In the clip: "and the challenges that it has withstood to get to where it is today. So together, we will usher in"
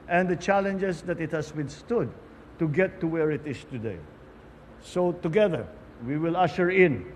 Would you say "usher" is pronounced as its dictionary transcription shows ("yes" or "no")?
yes